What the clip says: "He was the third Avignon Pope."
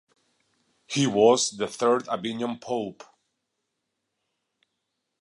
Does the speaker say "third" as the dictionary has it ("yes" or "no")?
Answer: yes